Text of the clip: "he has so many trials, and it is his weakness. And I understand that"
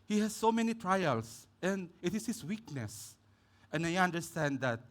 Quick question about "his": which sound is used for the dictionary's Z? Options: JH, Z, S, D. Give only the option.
S